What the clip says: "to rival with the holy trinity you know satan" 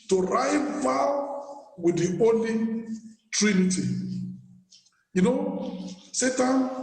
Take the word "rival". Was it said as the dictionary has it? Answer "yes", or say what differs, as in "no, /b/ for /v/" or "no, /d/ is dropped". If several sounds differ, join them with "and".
yes